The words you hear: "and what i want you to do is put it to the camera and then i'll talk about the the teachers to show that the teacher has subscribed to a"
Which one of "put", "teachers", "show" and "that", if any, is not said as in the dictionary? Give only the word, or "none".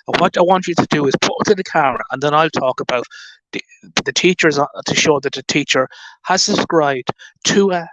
none